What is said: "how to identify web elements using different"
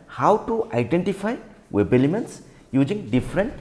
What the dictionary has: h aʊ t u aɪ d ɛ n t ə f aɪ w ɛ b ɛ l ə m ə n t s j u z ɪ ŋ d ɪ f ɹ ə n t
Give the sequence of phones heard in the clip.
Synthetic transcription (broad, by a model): h aʊ t u aɪ d ɛ n t ə f aɪ w ɛ b ɛ l ə m ə n t s j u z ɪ ŋ d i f ɹ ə n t